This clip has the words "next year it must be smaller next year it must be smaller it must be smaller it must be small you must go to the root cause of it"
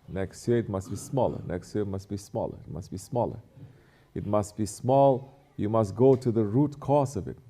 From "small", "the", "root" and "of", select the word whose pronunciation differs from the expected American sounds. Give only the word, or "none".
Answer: none